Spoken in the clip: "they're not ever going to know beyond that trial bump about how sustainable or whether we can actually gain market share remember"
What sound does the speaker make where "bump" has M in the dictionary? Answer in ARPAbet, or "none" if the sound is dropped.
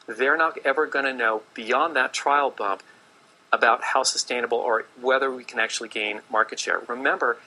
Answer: M